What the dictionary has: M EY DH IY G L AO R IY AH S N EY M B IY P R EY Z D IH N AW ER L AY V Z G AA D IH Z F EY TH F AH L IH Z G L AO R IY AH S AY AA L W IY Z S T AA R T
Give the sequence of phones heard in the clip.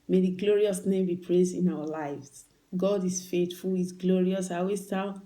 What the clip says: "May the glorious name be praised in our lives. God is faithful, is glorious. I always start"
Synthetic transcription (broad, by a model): M EY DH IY G L AO R IY AH S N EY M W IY P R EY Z IH N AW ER L AY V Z G AA D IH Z F EY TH F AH L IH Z G L AO R IY AH S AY AA W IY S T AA